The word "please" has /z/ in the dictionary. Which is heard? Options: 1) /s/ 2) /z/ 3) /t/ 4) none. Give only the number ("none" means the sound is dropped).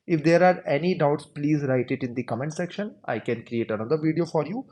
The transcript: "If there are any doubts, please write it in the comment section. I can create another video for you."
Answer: 2